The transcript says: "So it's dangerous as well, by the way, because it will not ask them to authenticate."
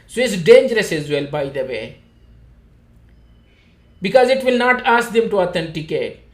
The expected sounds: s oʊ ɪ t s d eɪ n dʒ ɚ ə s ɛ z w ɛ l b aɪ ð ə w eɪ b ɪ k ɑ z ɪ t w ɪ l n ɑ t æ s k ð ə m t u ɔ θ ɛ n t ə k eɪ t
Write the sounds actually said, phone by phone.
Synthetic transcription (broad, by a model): s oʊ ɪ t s d eɪ n dʒ ɚ ə s ɛ z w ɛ l b aɪ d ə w eɪ b ɪ k ɑ z ɪ t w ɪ l n ɑ t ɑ s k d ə m t u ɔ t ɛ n t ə k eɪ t